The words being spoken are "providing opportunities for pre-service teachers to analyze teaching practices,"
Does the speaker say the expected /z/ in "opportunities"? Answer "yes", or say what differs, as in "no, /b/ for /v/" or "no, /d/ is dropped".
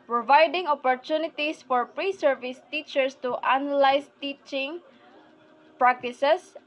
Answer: no, /s/ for /z/